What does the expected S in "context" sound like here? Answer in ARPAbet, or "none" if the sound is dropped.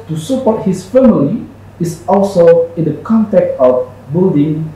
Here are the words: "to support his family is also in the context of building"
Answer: none